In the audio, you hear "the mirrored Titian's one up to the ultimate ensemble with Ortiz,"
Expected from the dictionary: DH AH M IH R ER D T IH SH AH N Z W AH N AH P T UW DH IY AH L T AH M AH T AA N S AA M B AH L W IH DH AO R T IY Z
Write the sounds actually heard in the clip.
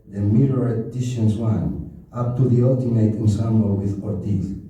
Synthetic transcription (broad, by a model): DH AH M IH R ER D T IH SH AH N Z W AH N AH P T UW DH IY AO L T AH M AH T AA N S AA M AH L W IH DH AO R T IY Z